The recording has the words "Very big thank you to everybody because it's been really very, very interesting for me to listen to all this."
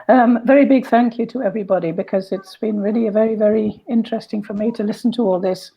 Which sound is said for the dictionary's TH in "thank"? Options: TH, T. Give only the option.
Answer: TH